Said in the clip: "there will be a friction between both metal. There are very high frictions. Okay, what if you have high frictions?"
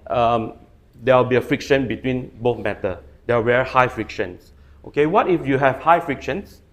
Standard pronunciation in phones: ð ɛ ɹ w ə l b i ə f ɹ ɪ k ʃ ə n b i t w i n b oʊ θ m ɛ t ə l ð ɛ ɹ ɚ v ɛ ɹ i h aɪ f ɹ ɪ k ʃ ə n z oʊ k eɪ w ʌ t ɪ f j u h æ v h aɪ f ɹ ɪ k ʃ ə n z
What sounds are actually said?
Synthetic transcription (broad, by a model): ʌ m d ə w b i ə f ɹ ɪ k ʃ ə n b i t w i n b oʊ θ m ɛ t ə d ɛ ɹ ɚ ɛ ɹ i h aɪ f ɹ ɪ k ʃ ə n s oʊ k eɪ w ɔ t ɪ f j u h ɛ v h aɪ f ɹ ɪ k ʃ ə n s